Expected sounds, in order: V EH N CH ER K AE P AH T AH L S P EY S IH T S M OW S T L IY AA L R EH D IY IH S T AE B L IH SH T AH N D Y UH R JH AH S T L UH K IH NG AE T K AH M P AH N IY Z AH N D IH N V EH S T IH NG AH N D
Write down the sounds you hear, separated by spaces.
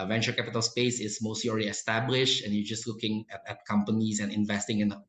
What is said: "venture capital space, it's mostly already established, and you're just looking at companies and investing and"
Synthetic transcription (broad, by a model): V EH N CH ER K AE P AH T AH L S P EY S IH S M OW S T L IY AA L R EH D IY IH S T AE B L IH SH T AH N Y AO JH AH S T L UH K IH NG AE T K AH M P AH N IY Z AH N IH N V EH S T IH NG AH N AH